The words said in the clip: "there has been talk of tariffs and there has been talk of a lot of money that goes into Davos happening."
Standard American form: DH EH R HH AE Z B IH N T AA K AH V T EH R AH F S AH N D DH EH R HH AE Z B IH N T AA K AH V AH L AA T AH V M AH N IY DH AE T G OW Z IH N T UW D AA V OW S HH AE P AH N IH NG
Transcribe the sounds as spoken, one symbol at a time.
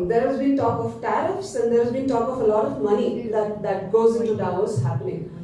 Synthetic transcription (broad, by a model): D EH R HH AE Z B IH N T AA K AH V T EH R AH F S AH N D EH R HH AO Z B IH N T AA K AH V AH L AA T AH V M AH N IY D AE T G OW Z IH N T UW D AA UH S HH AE P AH N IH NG